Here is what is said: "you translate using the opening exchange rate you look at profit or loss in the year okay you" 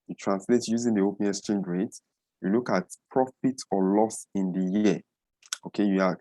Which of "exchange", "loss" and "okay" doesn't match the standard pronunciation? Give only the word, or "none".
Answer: exchange